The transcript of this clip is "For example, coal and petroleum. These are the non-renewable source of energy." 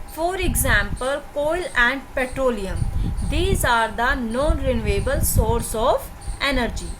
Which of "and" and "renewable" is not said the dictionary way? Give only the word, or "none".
none